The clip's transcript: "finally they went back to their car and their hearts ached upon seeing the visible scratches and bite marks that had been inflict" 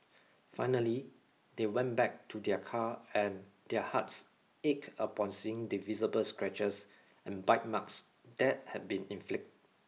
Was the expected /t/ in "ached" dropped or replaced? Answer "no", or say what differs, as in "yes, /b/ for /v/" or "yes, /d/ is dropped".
yes, /t/ is dropped